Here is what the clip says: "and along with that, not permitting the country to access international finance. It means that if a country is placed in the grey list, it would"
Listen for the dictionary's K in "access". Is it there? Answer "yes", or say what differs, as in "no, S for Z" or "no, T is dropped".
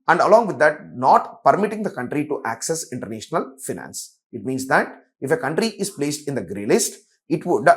yes